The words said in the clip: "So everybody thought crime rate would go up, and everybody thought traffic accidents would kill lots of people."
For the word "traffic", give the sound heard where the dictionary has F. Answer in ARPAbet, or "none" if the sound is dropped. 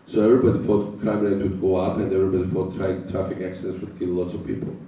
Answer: F